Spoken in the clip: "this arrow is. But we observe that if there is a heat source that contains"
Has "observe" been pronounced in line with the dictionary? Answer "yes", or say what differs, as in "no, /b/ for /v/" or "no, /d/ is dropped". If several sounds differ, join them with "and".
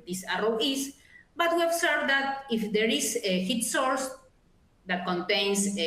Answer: no, /s/ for /z/